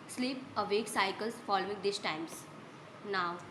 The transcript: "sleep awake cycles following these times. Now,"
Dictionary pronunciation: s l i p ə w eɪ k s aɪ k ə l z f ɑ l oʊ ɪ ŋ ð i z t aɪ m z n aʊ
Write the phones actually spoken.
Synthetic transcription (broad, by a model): s l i p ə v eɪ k s aɪ k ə l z f ɑ l oʊ ɪ ŋ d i s t aɪ m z n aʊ